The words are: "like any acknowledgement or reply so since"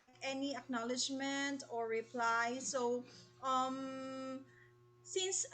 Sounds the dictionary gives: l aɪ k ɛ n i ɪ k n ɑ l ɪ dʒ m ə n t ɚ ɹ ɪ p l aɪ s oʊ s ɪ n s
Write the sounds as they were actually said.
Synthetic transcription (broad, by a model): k ɛ n i ɪ k n ɑ l ɪ dʒ m ə n t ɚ ɹ ɪ p l aɪ s oʊ s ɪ n s